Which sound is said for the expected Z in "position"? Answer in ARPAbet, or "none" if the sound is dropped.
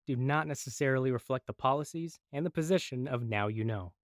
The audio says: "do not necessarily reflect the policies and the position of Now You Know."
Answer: Z